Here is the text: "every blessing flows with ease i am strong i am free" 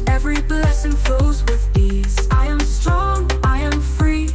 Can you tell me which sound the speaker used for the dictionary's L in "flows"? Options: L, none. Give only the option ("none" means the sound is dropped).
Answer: none